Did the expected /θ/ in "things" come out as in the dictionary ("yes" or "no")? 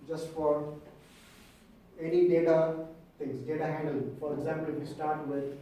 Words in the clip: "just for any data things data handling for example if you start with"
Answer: no